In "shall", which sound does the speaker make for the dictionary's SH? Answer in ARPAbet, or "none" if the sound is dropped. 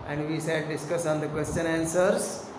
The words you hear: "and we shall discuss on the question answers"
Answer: S